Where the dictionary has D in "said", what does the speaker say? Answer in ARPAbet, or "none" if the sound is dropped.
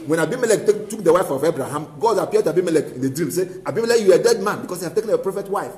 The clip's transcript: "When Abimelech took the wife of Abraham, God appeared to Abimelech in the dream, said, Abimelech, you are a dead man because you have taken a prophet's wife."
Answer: none